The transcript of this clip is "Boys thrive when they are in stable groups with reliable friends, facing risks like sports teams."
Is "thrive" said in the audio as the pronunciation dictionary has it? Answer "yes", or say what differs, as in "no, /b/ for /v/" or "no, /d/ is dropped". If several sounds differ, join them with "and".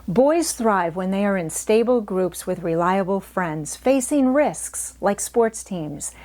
yes